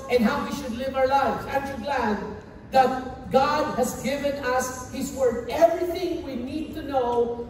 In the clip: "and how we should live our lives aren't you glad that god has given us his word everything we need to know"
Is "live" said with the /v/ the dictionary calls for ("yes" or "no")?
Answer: yes